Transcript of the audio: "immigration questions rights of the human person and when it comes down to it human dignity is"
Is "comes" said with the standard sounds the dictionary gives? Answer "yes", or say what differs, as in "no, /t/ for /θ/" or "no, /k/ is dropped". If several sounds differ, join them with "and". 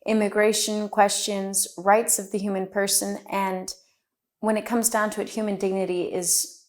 yes